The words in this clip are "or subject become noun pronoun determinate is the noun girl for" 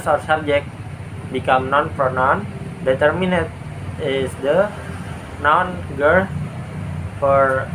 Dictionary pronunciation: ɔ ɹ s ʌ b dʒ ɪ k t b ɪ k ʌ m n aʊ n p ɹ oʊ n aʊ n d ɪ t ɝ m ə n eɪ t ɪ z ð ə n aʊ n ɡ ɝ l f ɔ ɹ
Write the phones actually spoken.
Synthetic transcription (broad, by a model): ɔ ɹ s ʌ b dʒ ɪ k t b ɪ k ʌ m n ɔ n f ɹ n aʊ n d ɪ t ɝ m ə n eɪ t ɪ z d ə n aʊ n ɡ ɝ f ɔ ɹ